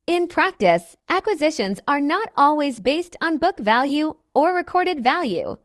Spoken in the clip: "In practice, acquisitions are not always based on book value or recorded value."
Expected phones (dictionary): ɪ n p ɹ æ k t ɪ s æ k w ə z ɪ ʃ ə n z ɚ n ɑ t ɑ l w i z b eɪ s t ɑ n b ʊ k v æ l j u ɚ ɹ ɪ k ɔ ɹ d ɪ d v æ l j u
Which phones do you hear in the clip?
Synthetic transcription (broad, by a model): ɪ n p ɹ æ k t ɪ s æ k w ə z ɪ ʃ ə n z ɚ n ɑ t ɑ l w i z b eɪ s t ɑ n b ʊ k v æ l j u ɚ ɹ ɪ k ɔ ɹ d ɪ d v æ l j u